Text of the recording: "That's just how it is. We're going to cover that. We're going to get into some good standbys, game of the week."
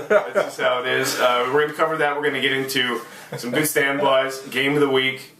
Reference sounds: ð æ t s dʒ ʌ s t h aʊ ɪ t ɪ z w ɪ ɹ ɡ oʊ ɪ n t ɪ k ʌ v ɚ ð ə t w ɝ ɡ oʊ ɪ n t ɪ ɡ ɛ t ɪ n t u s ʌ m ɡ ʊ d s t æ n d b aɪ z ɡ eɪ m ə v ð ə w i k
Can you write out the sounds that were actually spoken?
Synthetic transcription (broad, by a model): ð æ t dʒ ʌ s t h aʊ ɪ t ɪ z w ɪ ɹ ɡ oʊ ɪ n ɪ k ʌ v ɚ ð ə t w ɝ ɡ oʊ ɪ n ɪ ɡ ɛ t ɪ n t u s ʌ m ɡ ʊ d s t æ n b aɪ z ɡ eɪ ə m ð ə w i k